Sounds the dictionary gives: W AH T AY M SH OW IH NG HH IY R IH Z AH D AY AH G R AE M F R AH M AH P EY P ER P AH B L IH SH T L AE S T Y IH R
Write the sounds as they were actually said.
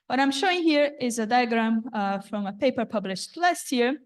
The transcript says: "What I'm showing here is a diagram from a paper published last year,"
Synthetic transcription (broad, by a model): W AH T AY M SH OW IH NG HH IY R IH Z AH D AY AH G R AE M F R AH M AH P EY P ER P AH B L IH SH T L AE S T Y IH R